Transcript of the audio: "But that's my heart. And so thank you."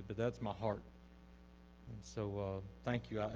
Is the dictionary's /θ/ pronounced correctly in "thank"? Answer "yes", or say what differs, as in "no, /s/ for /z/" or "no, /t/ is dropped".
yes